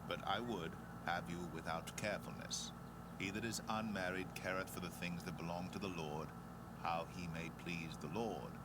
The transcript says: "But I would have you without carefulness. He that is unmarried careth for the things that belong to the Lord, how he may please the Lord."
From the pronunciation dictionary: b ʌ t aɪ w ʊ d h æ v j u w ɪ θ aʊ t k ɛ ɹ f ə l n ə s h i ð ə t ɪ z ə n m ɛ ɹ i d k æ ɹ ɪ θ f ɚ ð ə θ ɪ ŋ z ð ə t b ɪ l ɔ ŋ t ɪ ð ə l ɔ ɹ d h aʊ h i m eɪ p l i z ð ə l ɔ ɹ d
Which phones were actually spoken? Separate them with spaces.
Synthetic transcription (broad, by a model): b ʌ t aɪ w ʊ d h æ v j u w ɪ θ aʊ t k ɛ ɹ f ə l n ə s h i ð ə t ɪ z ə n m ɛ ɹ i d k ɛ ɹ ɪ θ f ɚ ð ə θ ɪ ŋ z ð ə t b ɪ l ɔ ŋ t ɪ ð ə l ɔ ɹ d h aʊ i m eɪ p l i z ð ə l ɔ ɹ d